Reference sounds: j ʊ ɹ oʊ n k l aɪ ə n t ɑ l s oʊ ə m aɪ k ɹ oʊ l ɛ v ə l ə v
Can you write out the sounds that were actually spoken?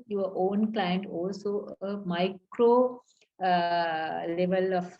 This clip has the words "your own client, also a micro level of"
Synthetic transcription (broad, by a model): j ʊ ɹ oʊ n k l aɪ ə n t ɑ l s oʊ ə m aɪ k ɹ oʊ l ɛ v ə l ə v